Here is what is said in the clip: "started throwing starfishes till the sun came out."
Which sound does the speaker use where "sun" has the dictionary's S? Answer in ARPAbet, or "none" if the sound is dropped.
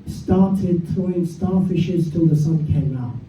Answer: S